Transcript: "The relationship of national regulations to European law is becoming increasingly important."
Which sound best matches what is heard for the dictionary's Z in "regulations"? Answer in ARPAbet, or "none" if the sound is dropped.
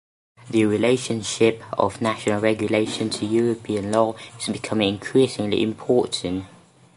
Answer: none